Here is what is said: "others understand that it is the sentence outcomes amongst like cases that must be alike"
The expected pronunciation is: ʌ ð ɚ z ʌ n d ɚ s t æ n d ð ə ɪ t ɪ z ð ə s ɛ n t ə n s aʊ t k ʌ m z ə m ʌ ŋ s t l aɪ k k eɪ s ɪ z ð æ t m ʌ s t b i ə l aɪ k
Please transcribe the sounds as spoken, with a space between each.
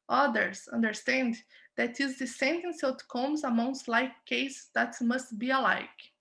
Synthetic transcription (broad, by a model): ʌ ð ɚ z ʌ n d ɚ s t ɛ n d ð ɪ t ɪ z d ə s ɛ n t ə n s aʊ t k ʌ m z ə m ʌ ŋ s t l aɪ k k eɪ ɪ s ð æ t m ʌ s t b i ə l aɪ k